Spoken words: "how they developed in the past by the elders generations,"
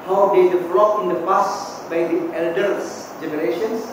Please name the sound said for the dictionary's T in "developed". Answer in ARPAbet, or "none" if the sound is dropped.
none